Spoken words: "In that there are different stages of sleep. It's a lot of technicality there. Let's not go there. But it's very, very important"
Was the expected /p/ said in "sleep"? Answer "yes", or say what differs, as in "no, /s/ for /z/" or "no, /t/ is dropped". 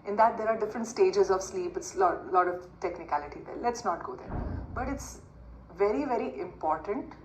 yes